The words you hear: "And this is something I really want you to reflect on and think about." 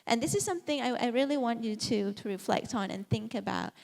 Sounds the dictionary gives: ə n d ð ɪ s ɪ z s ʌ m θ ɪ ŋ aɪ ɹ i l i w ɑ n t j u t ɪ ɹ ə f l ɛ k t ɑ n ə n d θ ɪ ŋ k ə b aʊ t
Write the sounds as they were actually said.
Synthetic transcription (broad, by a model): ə n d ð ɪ s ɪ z s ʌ m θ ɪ ŋ aɪ ɹ i l i w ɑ n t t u t ɪ ɹ ə f l ɛ k t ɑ n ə n θ ɪ ŋ k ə b aʊ t